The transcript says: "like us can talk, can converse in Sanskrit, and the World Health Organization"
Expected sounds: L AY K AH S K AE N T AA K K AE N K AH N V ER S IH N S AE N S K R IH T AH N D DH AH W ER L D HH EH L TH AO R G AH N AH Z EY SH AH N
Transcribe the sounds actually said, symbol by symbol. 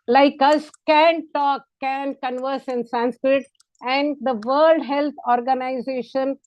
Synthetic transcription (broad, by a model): L AY K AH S K AE N T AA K K AE N K AH N V ER S IH N S AE N S K R IH T AH N D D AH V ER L D HH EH L T AO R G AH N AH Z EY SH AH N